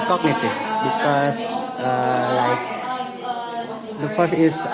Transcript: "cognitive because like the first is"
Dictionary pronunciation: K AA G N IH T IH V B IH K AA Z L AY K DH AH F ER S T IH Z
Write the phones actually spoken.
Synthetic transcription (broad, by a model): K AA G N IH T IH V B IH K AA S L AY K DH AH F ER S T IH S